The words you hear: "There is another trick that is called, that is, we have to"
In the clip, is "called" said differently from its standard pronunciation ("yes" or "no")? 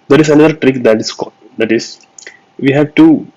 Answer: yes